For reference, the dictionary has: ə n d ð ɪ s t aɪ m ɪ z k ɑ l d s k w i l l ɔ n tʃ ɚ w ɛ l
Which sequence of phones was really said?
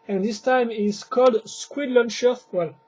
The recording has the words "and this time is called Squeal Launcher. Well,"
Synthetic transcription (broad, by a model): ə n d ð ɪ s t aɪ m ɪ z k ɑ l d s k w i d l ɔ n ʃ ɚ w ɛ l